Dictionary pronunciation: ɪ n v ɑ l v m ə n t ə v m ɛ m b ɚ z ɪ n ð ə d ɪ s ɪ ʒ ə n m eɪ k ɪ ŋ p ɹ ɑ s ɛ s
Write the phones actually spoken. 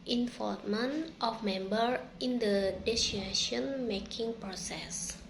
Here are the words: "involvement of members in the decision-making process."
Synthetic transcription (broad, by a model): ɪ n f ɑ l m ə n t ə f m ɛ m b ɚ ɪ n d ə d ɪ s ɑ ʃ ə n m eɪ k ɪ ŋ p ɹ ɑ s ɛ s